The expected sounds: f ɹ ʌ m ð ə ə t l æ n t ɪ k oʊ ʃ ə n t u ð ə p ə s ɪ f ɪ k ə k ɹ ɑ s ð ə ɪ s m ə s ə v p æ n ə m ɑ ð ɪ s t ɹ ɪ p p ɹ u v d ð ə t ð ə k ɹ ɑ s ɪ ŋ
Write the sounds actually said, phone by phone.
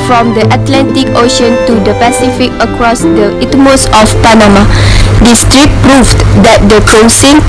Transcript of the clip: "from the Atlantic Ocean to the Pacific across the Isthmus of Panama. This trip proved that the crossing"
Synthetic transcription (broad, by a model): f ɹ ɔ m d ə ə t l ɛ n t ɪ k oʊ ʃ ə n t u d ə p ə s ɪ f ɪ k ə k ɹ ɑ s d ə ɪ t m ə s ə f p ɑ n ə m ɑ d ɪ s t ɹ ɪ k p ɹ u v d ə t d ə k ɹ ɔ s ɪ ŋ